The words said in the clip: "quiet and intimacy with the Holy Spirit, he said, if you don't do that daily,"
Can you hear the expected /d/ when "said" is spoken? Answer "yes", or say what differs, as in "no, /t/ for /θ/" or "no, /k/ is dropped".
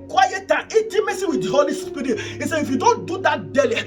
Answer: no, /d/ is dropped